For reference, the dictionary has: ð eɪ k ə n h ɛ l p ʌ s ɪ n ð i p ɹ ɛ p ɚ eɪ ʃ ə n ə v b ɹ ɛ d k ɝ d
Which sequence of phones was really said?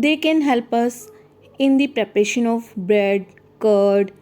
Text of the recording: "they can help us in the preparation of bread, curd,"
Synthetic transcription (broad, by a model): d eɪ k ə n h ɛ l p ʌ s ɪ n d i p ɹ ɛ p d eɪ ʃ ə n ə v b ɹ ɛ d k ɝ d